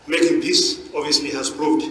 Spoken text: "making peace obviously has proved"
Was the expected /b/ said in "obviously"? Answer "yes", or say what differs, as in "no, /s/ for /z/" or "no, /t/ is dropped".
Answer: no, /b/ is dropped